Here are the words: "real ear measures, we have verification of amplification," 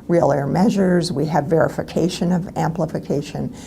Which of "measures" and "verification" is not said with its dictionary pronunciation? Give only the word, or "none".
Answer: none